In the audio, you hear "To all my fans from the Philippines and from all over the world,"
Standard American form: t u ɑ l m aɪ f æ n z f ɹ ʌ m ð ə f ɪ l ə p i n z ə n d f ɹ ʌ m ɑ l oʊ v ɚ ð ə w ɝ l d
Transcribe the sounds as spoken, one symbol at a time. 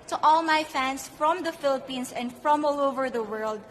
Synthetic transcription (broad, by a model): t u ɑ l m aɪ f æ n s f ɹ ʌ m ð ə f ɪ l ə p i n s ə n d f ɹ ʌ m ɑ l oʊ v ɚ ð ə w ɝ l d